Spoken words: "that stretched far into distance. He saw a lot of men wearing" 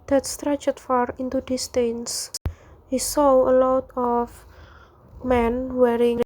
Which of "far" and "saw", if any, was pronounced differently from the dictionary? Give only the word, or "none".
none